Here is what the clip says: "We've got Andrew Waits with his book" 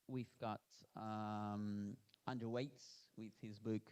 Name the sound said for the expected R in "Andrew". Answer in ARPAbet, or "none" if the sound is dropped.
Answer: none